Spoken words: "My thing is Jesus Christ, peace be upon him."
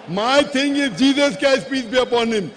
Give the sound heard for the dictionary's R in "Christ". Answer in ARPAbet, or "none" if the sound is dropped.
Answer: none